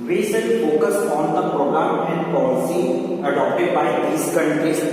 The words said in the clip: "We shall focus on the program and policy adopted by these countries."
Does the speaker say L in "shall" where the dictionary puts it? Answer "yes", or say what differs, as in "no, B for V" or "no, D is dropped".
no, N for L